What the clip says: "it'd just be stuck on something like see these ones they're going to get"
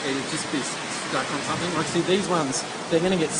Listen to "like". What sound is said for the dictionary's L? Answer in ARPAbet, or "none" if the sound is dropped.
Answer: W